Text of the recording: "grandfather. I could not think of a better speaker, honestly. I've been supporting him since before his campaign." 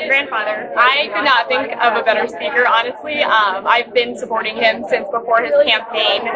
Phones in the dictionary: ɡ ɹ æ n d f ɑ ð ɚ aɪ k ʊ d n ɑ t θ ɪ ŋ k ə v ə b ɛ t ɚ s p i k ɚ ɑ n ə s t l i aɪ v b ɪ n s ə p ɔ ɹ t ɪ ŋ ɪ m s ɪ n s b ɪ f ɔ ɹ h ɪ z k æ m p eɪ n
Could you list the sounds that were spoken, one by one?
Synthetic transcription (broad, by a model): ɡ ɹ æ n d f ɑ ð ɚ aɪ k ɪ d n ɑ t θ ɪ ŋ k ə v ə b ɛ t ɚ s p i k ɚ ɑ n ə s t l i aɪ v b ɪ n s ə p ɔ ɹ t ɪ ŋ ɪ m s ɪ n s b ɪ f ɔ ɹ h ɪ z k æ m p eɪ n